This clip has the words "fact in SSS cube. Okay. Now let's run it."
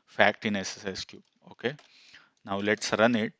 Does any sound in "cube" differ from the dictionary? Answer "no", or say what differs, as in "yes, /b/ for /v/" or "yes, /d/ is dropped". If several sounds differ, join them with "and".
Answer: yes, /b/ is dropped